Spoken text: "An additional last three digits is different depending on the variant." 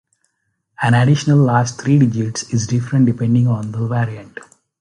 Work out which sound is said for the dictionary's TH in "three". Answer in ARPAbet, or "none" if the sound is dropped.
T